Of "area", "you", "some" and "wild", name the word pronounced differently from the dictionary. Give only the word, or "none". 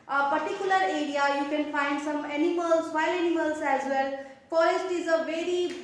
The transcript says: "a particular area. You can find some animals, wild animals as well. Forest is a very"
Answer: wild